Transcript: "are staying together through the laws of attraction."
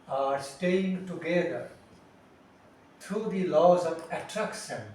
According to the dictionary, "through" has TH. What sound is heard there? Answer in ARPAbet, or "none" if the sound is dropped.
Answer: T